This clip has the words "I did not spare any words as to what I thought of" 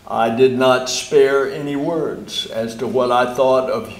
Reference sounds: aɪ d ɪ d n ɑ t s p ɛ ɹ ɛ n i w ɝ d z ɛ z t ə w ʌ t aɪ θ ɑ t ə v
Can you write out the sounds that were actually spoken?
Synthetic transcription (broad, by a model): aɪ d ɪ d n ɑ t s p ɛ ɹ ɛ n i w ɝ d z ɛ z t ə w ʌ t aɪ θ ɑ t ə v